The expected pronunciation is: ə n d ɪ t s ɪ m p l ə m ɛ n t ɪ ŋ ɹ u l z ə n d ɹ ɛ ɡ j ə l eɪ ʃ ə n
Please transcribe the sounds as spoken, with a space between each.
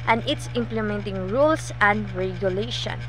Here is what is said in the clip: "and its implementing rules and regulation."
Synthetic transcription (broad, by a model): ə n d ɪ t s ɪ m p l ə m ɛ n t ɪ ŋ ɹ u l s ə n d ɹ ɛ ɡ j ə l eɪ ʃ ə n